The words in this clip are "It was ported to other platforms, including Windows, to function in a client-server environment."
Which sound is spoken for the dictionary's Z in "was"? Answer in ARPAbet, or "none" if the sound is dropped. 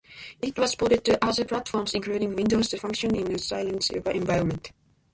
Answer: S